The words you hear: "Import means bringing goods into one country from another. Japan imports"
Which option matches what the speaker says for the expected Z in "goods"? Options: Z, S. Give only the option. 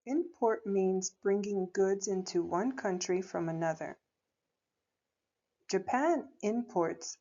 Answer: Z